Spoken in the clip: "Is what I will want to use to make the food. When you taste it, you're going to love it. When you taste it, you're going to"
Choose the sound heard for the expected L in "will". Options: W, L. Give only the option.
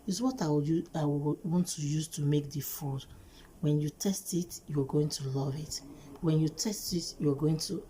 W